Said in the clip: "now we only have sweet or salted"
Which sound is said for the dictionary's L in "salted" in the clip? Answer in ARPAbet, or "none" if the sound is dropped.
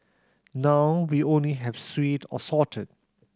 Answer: none